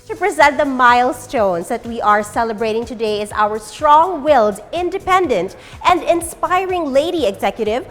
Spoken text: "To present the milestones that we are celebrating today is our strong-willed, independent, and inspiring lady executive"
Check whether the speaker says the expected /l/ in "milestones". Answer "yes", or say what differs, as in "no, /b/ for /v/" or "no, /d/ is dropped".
yes